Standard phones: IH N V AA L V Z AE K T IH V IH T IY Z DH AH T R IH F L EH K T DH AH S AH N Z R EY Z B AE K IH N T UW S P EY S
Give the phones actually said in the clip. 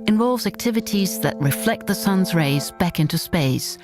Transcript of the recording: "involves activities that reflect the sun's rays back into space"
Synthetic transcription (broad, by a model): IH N V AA L V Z AE K T IH V IH T IY Z DH AH T R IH F L EH K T DH AH S AH N Z R EY Z B AE K IH N T UW S P EY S